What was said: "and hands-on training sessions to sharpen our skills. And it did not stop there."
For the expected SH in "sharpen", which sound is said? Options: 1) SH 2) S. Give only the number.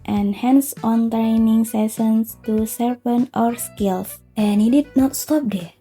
2